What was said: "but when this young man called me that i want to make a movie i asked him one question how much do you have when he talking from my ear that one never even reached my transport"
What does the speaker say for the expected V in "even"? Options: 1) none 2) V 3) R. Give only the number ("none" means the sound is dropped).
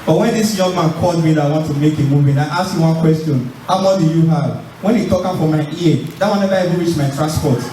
1